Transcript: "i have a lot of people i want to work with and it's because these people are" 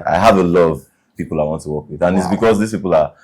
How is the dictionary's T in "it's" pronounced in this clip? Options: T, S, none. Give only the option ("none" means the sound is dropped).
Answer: T